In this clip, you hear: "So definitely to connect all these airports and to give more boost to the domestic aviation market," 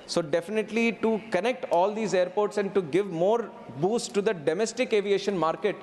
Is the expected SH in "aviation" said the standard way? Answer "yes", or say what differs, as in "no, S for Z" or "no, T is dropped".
yes